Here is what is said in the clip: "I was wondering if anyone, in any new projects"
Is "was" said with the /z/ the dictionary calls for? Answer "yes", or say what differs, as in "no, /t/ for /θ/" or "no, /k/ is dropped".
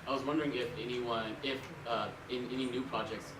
yes